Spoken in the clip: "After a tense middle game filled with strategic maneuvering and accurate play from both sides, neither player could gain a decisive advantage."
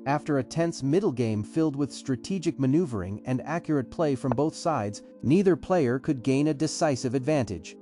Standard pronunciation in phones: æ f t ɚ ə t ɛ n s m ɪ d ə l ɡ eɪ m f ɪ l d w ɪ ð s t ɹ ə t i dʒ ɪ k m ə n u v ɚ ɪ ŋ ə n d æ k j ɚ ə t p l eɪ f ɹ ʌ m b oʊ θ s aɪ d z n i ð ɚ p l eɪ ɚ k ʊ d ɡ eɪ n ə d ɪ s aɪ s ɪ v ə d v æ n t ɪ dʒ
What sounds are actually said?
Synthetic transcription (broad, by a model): æ f t ɚ ə t ɛ n s m ɪ d l ɡ eɪ m f ɪ l d w ɪ ð s t ɹ ə t i dʒ ɪ k m ə n u v ɚ ɪ ŋ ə n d æ k j ɚ ə t p l eɪ f ɹ ʌ m b oʊ θ s aɪ d z n i ð ɚ p l eɪ ɚ k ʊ d ɡ eɪ n ə d ɪ s aɪ s ɪ v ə d v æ n t ɪ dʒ